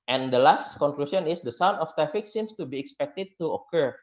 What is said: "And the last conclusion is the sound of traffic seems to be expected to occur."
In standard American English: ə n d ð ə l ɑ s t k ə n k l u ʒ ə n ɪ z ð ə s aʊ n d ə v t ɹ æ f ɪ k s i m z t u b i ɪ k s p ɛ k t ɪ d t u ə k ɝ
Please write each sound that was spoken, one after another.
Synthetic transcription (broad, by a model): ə n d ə l ɑ s t k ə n k l u s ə n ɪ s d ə s aʊ n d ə f t ɹ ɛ f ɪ k s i m s t u b i ɪ k s p ɛ k t ɪ d t u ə k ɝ